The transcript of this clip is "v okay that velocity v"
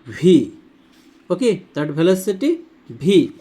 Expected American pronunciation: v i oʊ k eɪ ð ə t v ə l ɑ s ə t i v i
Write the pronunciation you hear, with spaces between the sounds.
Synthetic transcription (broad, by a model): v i oʊ k eɪ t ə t b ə l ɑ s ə t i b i